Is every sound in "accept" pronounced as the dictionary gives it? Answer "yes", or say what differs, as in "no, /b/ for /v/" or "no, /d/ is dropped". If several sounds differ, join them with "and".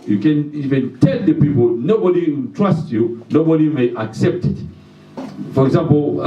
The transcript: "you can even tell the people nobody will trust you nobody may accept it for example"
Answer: yes